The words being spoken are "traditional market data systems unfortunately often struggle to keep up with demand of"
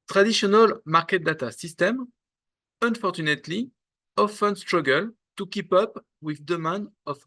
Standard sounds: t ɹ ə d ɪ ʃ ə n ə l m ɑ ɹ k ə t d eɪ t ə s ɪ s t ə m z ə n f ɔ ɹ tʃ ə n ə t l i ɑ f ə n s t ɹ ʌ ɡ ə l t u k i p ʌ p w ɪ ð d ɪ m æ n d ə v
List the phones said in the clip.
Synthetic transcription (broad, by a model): t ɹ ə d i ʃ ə n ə l m ɑ ɹ k ə t d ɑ t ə s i s t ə m ə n f ɔ ɹ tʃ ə n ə t l i ɑ f ə n s t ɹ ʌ ɡ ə l t u k i p ʌ p w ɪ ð d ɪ m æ n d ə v